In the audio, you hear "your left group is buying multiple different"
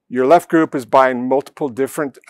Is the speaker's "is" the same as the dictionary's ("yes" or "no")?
yes